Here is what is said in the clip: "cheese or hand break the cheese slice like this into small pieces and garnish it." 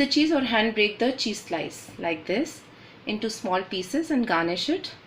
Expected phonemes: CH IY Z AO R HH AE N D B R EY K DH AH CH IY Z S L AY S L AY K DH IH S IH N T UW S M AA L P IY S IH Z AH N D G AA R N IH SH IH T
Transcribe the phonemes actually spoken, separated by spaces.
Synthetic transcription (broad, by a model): CH IY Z AO R HH AE N D B R EY K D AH CH IY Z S L AY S L AY K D IH S IH N T UW S M AA L P IY S IH Z AH N D G AA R N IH SH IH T